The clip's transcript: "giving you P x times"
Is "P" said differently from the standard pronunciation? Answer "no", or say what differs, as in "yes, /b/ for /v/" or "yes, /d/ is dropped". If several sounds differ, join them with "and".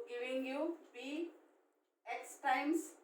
yes, /b/ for /p/